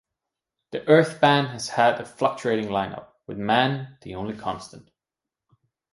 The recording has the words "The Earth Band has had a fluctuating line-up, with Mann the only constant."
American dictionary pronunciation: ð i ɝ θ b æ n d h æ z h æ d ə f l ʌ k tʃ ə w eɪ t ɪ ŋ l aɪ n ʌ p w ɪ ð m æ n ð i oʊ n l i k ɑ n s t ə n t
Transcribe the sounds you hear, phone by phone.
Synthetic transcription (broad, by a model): ð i ɝ θ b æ n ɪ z h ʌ d ə f l ʌ k tʃ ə eɪ t ɪ ŋ l aɪ n ʌ p w ɪ ð m æ n ð i oʊ n l i k ɑ n s t ə n t